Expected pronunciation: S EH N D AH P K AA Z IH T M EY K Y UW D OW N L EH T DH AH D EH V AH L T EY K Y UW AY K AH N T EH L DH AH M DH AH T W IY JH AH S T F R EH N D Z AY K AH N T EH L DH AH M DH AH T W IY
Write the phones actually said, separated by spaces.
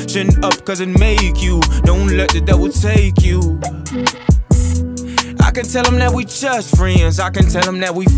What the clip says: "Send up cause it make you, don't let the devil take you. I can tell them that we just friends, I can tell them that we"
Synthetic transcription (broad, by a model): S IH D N AH P K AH Z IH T M EY K Y UW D OW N L EH T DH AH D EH W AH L T EY K Y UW AY K AH N T EH L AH M DH AH T W IY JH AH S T F R EH N D Z AY K AH N T EH L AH M DH AH T W IY